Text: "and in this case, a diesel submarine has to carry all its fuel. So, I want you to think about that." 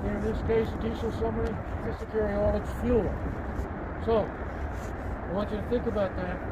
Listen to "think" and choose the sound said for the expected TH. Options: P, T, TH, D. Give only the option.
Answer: TH